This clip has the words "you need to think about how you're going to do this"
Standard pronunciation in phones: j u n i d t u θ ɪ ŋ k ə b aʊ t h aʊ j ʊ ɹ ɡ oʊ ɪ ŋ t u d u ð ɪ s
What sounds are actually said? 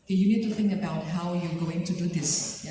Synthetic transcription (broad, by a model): j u n i d t u θ ɪ ŋ k ə b aʊ t h aʊ j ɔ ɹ ɡ oʊ ɪ ŋ t u d u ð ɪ s